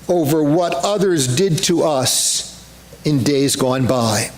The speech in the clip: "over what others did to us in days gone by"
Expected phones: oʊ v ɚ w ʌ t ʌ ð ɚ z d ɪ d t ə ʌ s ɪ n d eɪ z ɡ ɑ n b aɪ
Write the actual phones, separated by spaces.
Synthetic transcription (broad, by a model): oʊ v ɚ w ʌ t ʌ ð ɚ z d ɪ d t ə ʌ s ɪ n d eɪ z ɡ ɑ n b aɪ